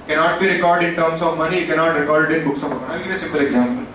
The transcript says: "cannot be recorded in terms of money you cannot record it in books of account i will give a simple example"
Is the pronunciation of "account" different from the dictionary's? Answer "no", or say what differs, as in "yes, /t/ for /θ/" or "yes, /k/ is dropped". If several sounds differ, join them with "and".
yes, /t/ is dropped